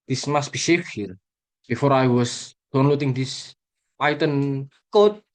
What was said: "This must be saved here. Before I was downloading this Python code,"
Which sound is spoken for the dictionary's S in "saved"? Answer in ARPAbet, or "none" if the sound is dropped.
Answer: SH